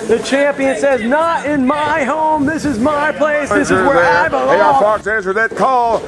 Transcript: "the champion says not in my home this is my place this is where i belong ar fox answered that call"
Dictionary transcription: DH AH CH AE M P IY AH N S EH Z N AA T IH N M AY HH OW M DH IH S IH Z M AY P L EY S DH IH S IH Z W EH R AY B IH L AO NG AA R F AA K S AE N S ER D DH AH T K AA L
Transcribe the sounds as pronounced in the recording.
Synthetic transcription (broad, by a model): DH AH CH AE M P IY AH N S EH Z N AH T IH N M AY HH OW M DH IH S IH Z M AY P L EY S DH IH S IH Z W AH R AY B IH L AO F AA R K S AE N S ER DH AH T K AA L